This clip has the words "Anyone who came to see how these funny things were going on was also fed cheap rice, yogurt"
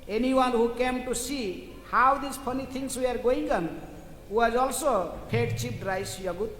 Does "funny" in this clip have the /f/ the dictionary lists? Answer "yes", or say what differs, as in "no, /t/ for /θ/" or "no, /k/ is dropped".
no, /p/ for /f/